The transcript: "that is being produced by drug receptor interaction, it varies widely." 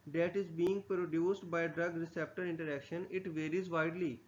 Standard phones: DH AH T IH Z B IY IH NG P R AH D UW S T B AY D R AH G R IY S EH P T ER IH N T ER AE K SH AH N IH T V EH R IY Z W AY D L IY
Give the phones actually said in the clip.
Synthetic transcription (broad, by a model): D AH T IH Z B IY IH NG P R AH D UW S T B AY D R AH G R IY S EH P T ER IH N T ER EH K SH AH N IH T V EH R IY Z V AY D L IY